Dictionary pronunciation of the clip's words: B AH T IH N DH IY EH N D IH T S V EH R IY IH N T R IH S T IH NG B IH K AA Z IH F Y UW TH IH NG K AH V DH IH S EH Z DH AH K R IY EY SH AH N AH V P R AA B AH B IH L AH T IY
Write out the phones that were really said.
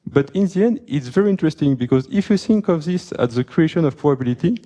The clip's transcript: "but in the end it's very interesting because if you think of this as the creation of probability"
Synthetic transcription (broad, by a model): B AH T IH N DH IY EH N D IH T S V EH R IY IH N T R IH S T IH NG B IH K AA Z IH F Y UW TH IH NG K AH V DH IH S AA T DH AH K R IY EY SH AH N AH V P R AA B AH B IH L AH T IY